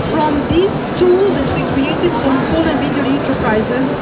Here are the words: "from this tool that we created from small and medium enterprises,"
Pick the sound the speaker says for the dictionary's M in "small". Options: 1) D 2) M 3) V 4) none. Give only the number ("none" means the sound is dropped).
4